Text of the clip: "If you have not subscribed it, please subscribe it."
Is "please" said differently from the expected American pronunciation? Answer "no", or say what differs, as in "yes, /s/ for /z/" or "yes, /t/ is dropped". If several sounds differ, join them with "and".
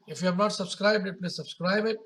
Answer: yes, /n/ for /l/